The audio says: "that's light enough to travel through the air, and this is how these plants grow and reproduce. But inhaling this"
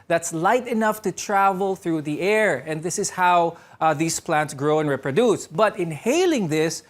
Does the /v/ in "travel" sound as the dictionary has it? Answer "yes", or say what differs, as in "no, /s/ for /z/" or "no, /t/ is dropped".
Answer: yes